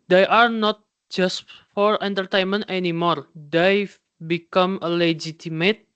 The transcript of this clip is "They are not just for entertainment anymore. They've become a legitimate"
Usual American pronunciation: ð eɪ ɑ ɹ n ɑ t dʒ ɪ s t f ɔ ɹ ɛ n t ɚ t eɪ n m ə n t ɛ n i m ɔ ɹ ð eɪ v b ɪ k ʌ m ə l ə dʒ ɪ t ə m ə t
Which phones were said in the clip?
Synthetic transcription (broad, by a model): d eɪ ɑ ɹ n ɑ t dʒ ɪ s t f ɔ ɹ ɛ n t ɚ t eɪ n m ə n t ɛ n i m ɔ ɹ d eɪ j b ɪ k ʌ m ə l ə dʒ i t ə m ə t